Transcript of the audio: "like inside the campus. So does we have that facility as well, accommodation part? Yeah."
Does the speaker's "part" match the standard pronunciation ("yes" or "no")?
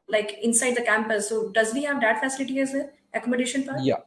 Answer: no